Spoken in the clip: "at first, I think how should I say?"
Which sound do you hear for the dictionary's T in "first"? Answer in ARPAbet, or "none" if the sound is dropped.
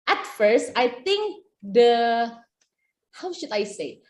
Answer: T